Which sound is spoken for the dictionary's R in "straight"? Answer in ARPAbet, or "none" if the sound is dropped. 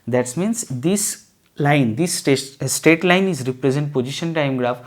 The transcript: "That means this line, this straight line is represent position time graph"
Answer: none